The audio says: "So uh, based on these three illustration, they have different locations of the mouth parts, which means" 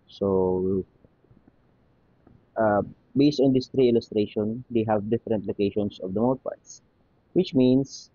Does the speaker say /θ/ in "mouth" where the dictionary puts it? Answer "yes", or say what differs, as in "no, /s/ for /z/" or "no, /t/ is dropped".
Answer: no, /t/ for /θ/